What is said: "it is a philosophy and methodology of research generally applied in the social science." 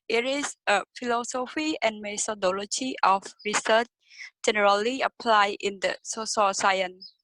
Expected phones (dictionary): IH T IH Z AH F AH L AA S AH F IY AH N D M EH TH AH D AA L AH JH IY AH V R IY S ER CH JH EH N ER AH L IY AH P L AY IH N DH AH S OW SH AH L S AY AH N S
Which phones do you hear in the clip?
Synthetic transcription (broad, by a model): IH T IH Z AH F AH L AA S AH F IY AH N M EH T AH D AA L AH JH IY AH F R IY S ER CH JH EH N ER AH L IY AH P L AY IH N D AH S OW S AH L S AY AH N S